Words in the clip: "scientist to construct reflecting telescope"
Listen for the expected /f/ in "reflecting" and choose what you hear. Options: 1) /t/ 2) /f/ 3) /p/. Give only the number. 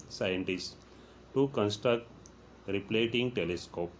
3